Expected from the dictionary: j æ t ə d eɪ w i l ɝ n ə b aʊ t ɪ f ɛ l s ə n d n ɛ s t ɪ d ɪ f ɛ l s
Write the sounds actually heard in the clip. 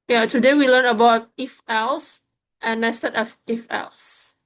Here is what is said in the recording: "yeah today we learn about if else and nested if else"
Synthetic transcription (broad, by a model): j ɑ t ə d eɪ w i l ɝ n ə b aʊ t ɪ f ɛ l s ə n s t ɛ t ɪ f ɪ f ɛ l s